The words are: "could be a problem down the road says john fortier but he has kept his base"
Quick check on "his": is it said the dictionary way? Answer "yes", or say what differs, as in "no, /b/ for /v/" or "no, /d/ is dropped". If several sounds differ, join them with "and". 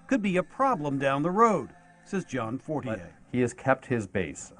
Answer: yes